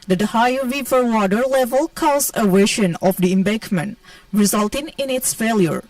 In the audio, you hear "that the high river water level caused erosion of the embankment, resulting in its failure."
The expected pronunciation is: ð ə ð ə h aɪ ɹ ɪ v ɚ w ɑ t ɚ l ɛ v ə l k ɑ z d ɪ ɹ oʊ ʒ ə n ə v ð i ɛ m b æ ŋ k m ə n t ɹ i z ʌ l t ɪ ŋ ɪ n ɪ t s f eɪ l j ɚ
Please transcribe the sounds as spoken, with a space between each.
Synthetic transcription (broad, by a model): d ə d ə h aɪ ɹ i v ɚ w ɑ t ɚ l ɛ v ə l k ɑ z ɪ w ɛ ʃ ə n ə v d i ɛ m b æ k m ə n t ɹ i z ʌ l t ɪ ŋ ɪ n ɪ t s f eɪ l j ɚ